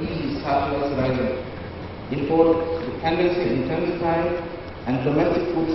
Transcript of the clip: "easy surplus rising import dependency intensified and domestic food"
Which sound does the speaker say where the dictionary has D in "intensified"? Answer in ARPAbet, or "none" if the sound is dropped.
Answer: none